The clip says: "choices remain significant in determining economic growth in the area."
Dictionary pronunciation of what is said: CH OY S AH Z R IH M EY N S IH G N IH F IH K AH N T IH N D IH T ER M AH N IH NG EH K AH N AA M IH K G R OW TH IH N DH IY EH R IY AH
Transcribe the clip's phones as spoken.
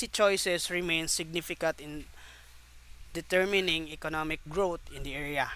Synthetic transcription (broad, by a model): CH OY S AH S R IH M EY N S IH G N IH F IH K AH N T IH N D IH T ER M AH N IH NG EH K AH N AA M IH K G R OW T IH N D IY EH R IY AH